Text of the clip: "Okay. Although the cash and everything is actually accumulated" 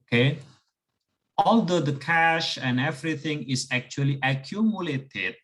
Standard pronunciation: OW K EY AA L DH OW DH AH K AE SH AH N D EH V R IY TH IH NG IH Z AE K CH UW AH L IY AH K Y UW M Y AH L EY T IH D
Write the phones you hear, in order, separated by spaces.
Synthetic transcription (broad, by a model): K EY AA L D OW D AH K AE SH AH N D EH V R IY T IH NG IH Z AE K CH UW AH L IY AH K Y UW M Y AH L EY T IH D